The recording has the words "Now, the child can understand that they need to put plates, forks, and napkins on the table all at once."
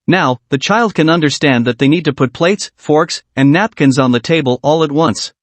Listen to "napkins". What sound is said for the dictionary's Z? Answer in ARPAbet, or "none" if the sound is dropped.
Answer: Z